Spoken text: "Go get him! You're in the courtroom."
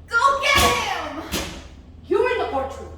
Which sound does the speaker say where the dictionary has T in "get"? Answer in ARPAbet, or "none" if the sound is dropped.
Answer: none